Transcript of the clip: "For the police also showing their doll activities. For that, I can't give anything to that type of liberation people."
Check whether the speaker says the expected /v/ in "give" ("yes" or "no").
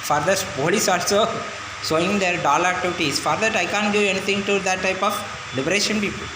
no